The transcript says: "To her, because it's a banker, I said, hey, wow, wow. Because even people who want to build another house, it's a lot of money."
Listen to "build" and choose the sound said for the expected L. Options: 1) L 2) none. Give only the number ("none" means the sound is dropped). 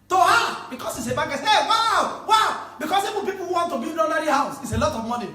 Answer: 2